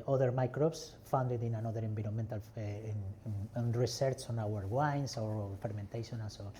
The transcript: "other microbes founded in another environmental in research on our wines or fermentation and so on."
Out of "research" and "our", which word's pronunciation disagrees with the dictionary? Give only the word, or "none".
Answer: research